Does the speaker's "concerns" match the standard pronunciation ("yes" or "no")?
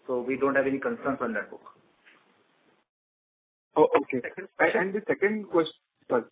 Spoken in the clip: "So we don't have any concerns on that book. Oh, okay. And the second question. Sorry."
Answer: no